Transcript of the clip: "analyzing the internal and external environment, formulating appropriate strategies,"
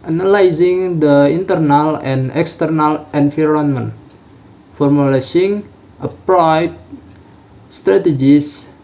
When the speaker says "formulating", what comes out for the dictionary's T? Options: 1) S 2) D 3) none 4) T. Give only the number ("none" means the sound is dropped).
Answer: 1